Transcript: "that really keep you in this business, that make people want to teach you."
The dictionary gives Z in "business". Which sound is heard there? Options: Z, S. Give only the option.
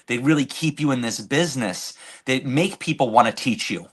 Z